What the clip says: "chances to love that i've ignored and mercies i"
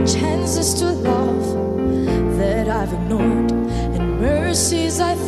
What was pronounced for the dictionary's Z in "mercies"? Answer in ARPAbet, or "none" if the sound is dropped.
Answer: Z